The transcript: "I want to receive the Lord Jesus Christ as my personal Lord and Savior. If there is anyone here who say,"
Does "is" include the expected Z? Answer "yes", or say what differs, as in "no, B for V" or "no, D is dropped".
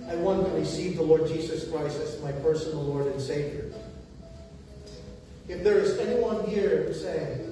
yes